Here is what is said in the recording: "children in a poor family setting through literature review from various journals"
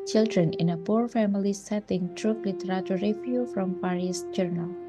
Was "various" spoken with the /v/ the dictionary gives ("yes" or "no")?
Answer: no